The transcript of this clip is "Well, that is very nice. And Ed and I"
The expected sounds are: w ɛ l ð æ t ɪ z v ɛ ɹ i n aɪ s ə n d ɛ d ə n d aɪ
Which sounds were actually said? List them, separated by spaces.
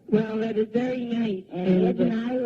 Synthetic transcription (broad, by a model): w ɛ l ð æ t ɪ z v ɛ ɹ i n aɪ s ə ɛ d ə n aɪ